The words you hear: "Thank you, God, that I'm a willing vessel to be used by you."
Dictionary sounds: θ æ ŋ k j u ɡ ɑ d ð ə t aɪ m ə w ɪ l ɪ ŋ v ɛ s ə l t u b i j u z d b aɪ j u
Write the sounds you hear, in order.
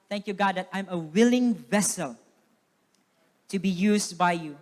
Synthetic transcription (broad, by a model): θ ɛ ŋ k j u ɡ ɑ d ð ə t aɪ m ə w ɪ l ɪ ŋ v ɛ s ə l t u b i j u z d b aɪ j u